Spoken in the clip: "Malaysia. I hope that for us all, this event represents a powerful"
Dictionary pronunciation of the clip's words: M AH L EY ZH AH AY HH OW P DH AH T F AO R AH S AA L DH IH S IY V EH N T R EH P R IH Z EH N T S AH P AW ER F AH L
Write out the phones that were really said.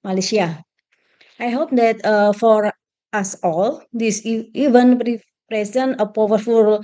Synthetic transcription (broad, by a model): M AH L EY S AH AY HH OW P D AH T F AO R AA S AA L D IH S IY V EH N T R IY P R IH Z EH N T AH P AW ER F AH L